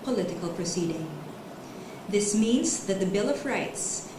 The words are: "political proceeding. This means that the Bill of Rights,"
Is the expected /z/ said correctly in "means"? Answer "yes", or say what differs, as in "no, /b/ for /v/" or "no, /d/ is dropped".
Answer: yes